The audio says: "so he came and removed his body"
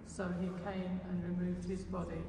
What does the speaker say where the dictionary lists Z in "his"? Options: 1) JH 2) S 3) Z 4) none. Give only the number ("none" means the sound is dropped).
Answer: 3